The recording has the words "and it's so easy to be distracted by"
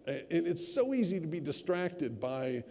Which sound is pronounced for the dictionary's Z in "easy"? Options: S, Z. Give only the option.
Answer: Z